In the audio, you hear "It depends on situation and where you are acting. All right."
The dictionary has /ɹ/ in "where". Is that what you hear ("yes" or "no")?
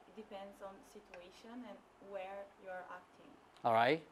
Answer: yes